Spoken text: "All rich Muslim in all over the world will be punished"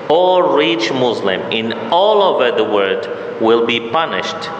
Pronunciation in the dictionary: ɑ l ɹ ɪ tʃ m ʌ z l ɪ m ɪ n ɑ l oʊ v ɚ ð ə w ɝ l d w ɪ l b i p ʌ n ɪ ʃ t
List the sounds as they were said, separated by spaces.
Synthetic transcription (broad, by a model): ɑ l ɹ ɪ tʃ m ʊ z l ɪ m ɪ n ɑ l oʊ v ɚ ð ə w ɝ d w ɪ l b i p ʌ n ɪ ʃ t